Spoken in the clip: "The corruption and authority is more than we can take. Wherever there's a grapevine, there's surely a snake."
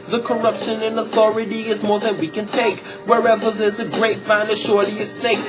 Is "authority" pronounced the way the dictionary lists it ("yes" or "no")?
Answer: yes